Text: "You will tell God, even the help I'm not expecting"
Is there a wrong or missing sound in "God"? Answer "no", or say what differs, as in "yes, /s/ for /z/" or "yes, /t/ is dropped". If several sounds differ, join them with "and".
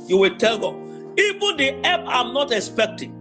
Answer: yes, /d/ is dropped